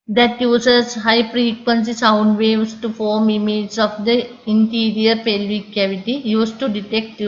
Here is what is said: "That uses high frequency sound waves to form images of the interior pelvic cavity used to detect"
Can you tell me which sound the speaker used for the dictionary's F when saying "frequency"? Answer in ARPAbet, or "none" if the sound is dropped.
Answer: P